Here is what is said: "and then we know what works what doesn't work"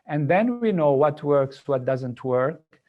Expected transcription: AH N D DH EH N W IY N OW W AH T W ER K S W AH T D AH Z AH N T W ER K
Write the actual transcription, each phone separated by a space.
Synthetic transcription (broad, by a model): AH N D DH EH N W IY N OW W AH T W ER K S W AH T D AH Z AH N T W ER K